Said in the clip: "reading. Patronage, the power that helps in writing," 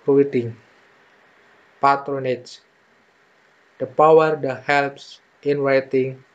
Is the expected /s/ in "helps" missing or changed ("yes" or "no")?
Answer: no